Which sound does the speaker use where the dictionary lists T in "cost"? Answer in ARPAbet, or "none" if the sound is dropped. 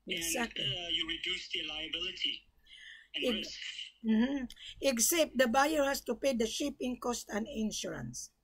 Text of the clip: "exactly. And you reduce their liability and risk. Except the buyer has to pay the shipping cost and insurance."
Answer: T